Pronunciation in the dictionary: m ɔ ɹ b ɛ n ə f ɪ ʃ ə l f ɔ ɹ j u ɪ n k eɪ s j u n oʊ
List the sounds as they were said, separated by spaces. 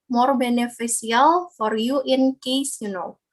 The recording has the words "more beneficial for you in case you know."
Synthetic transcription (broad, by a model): m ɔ ɹ b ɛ n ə f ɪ s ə l f ɔ ɹ j u ɪ n k eɪ s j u n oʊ